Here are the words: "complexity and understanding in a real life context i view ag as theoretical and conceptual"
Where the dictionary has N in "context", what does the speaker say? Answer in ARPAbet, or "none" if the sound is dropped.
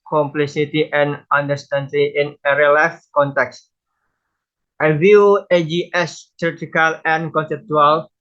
N